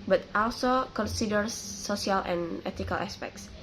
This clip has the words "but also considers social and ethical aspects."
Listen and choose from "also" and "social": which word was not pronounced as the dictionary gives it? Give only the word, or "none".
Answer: social